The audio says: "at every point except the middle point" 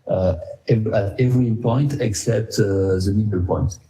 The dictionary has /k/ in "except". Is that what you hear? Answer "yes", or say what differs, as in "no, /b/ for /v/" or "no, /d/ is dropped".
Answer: yes